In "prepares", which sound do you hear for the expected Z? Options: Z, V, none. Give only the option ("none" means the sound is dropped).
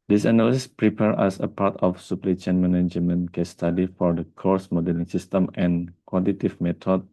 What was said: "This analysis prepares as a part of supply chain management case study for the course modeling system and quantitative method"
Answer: none